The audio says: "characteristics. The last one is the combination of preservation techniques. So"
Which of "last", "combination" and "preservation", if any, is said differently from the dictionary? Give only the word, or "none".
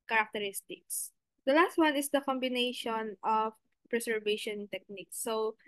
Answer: preservation